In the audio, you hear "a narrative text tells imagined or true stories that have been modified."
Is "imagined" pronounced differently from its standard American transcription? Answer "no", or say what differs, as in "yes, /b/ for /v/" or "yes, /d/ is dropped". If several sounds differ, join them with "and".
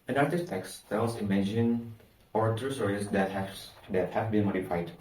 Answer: yes, /d/ is dropped